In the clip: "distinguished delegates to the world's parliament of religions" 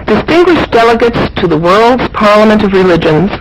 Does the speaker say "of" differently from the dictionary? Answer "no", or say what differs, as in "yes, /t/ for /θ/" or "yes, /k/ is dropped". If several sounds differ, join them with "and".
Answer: no